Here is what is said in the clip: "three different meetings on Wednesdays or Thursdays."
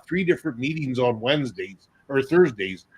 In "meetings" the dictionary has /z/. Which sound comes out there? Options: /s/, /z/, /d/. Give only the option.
/z/